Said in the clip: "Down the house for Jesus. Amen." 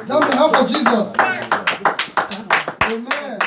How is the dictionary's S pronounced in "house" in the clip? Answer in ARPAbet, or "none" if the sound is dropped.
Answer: none